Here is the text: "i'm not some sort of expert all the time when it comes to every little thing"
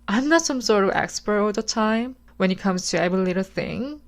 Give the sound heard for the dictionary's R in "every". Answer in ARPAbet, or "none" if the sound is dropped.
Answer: none